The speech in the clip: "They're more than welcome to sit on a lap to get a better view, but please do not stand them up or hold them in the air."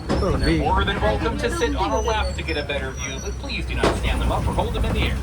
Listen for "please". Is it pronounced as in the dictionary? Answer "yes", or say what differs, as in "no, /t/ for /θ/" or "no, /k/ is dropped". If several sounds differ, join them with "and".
yes